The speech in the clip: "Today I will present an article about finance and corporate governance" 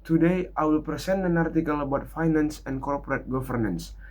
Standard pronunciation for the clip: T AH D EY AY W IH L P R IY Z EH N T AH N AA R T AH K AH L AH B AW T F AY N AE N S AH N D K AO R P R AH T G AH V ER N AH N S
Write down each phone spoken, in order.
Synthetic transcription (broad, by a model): T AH D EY AY W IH L P R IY S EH N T AH N AA R T AH K AH L AH B AW T F AY N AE N S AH N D K AO R P R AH T G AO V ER N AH N S